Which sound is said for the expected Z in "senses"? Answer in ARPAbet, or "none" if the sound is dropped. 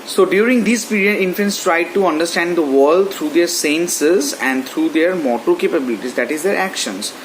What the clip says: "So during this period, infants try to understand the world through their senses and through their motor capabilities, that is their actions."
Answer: Z